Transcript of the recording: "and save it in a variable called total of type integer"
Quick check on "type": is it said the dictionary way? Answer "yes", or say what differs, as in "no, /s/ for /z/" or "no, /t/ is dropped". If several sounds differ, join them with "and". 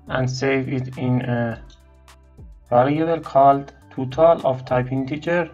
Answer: yes